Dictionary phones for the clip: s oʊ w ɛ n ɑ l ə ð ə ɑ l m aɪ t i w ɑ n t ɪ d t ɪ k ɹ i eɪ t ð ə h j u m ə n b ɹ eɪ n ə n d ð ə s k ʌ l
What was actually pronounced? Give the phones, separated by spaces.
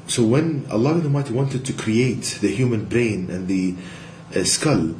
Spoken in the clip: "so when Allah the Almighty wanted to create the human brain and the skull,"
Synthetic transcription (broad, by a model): s oʊ w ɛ n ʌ l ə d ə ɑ m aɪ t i w ɑ n t ɪ d t ɪ k ɹ i eɪ t ð ə h j u m ə n b ɹ eɪ n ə n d ð ə s k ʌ l